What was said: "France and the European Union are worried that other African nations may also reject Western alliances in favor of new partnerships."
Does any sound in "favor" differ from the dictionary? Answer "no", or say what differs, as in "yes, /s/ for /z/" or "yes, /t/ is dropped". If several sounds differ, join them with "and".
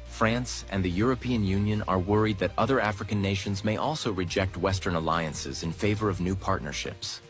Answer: no